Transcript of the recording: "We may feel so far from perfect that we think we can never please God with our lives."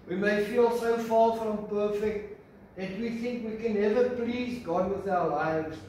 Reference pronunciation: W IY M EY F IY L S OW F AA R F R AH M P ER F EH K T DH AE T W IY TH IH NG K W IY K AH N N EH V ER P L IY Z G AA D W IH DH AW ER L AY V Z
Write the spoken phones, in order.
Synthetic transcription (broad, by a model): W IY M EY F IY L S OW F AA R F R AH M P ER F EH K T DH AE T W IY TH IH NG K W IY K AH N N EH V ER P L IY Z G AA D W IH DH AW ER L AY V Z